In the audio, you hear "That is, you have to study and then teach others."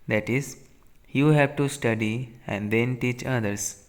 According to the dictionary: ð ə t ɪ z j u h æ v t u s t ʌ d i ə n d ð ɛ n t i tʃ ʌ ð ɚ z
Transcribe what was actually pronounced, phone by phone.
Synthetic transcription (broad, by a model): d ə t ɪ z j u h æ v t u s t ʌ d i ə n d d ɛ n t i tʃ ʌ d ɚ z